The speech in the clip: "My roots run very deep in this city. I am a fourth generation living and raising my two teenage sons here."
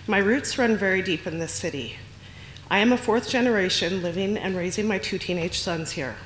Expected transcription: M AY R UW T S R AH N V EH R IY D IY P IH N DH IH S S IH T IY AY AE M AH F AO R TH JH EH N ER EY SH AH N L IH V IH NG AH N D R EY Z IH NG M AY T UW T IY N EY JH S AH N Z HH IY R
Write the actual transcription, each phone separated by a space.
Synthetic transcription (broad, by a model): M AY R UW T S R AH N V EH R IY D IY P IH N DH IH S S IH T IY AY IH M AH F AO R TH JH EH N ER EY SH AH N L IH V IH NG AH N R EY Z IH NG M AY T UW T IY N EY JH S AH N Z HH IY R